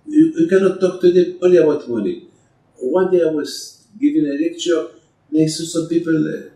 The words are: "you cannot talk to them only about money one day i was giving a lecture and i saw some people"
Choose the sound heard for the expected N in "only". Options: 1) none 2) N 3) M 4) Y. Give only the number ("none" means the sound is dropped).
1